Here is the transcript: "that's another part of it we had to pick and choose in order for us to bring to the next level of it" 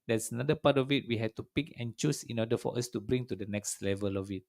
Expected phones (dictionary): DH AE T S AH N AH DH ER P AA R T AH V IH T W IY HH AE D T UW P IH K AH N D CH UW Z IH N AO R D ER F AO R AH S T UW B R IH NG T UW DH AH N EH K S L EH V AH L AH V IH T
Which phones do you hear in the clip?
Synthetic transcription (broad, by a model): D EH T S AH N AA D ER P AA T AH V IH T W IY HH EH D T UW P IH K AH N CH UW S IH N AO D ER F AO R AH S T UW B R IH NG T UW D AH N EH K S L EH V AH L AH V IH T